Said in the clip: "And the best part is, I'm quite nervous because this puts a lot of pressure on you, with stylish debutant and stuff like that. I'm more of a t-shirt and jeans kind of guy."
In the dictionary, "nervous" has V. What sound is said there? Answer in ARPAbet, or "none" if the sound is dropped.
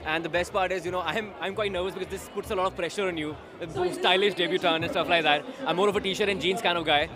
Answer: V